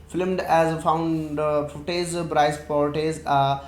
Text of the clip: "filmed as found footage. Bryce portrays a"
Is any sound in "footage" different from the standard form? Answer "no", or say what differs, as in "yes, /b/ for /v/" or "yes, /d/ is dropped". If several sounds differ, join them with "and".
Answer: yes, /z/ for /dʒ/